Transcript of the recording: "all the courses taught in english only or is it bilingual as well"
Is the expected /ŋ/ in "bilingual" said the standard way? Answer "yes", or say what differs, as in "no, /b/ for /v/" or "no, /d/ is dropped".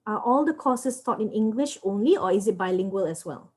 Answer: yes